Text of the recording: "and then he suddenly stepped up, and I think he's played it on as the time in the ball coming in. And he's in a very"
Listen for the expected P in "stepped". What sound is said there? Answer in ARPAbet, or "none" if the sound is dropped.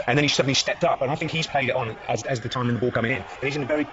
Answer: P